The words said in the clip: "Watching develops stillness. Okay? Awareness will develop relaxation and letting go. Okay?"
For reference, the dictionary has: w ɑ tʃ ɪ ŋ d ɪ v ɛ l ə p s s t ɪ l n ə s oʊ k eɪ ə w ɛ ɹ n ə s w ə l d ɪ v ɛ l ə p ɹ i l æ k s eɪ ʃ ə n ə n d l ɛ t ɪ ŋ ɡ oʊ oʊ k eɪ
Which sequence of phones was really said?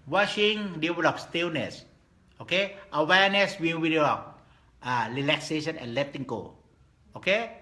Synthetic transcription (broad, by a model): w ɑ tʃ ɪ ŋ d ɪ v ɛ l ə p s s t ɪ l n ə s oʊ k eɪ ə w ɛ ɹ n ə s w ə w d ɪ ɔ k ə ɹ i l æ k s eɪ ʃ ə n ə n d l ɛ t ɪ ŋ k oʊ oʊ k eɪ